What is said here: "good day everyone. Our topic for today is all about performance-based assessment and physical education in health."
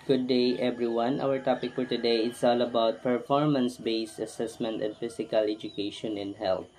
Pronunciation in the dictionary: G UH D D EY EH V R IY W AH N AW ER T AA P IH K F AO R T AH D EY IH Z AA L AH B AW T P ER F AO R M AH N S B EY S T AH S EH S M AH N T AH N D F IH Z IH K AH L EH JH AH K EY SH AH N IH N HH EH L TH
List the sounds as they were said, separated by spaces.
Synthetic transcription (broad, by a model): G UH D D EY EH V R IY W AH N AW ER T AA P IH K F AO R T AH D EY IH S AA L AH B AW T P ER F AO R M AH N S B EY S T AH S EH S M AH N T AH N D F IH S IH K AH L EH JH AH K EY SH AH N IH N HH EH L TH